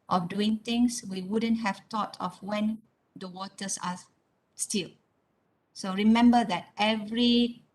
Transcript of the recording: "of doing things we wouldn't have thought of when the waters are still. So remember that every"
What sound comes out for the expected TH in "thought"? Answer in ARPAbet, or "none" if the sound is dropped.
T